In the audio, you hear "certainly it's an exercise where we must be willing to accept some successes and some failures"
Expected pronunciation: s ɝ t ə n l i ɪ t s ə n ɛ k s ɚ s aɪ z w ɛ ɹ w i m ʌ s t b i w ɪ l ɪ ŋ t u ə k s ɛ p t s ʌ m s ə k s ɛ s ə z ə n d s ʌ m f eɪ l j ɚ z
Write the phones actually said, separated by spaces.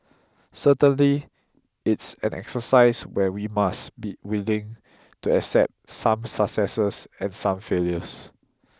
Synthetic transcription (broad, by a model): s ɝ t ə n l i ɪ t s ə n ɛ k s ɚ s aɪ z w ɛ w i m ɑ s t b i w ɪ l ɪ ŋ t u ə k s ɛ p t s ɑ m s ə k s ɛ s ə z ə n s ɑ m f eɪ l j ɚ s